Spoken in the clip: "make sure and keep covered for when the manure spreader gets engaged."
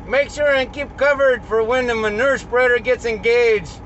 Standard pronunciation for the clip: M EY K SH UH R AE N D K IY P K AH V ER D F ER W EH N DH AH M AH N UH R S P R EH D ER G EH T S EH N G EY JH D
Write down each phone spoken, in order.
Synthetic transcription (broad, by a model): M EY K SH UH R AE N K IY P K AH V ER D F ER W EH N DH AH M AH N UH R S P R EH D ER G EH T S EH N G EY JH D